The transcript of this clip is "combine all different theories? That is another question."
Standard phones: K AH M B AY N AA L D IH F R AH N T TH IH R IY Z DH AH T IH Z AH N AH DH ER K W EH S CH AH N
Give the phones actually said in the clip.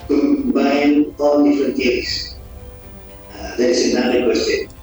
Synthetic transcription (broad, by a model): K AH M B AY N AA L D IH F R AH N T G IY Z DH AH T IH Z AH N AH ER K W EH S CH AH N